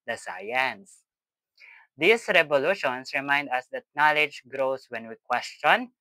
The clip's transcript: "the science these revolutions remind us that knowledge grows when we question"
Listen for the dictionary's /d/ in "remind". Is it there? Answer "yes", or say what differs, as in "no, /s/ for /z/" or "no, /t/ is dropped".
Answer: yes